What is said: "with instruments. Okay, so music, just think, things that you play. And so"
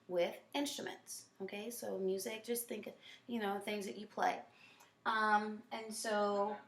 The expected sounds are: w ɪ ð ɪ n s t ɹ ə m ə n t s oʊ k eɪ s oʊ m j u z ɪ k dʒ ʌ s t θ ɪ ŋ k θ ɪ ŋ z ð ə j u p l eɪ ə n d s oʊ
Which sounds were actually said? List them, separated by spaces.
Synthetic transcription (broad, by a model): w ɪ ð ɪ n s t ɹ ə m ə n t s oʊ k eɪ s oʊ m j u z ɪ k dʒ ʌ s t θ ɪ ŋ k θ ɪ ŋ z ð ə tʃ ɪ p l eɪ ə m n s oʊ